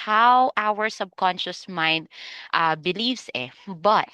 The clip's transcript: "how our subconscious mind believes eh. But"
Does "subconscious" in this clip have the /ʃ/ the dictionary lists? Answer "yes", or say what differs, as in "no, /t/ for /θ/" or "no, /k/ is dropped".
yes